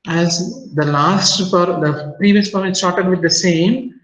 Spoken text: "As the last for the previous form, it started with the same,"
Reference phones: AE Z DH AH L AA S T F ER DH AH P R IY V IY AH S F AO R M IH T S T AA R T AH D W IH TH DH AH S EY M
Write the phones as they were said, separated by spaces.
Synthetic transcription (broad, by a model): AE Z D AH L AA S T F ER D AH P R IY V IY AH S P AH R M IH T S T AA R T AH D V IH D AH S EY M